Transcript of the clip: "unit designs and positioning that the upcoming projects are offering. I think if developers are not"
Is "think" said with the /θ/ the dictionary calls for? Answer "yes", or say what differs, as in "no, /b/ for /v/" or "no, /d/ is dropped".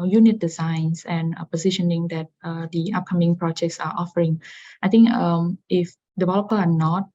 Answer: no, /t/ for /θ/